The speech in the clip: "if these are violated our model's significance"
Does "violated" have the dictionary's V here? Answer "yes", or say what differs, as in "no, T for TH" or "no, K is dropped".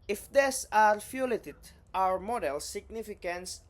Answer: no, F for V